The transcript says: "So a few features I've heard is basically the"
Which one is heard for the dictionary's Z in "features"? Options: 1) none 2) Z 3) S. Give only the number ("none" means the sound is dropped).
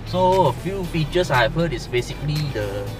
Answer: 3